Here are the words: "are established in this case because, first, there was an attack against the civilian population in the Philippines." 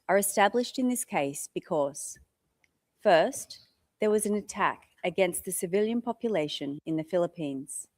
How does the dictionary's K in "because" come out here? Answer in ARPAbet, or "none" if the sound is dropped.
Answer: K